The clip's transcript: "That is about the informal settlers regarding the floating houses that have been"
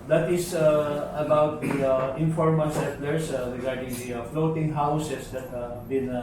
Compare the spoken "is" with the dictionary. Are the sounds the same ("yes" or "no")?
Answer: no